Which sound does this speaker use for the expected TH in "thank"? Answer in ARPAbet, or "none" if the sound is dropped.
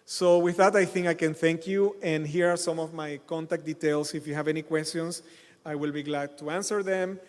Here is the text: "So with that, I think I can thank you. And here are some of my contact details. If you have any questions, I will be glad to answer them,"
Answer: TH